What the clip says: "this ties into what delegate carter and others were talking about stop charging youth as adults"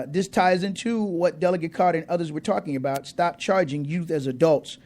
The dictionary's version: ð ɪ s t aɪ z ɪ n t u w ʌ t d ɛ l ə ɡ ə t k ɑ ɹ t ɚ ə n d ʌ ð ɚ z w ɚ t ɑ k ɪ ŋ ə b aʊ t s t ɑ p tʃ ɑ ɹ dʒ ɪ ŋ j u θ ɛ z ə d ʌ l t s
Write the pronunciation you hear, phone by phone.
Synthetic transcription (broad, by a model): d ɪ s t aɪ z ɪ n t u w ʌ t d ɛ l ə ɡ ə t k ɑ ɹ t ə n ʌ ð ɚ z w ɚ t ɑ k ɪ ŋ ə b aʊ t s t ɑ p tʃ ɑ ɹ dʒ ɪ ŋ j u θ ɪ z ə d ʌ l t s